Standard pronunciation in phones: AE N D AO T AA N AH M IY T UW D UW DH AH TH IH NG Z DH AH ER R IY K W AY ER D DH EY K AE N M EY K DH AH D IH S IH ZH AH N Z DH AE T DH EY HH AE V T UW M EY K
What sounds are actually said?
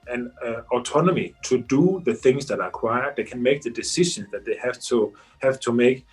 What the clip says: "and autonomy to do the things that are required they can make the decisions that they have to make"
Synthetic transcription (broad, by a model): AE N AO T AA N AH M IY T UW D UW DH AH TH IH NG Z DH AH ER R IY K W AY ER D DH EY K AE N M EY K DH AH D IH S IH SH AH N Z DH AE T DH EY HH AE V T UW M EY K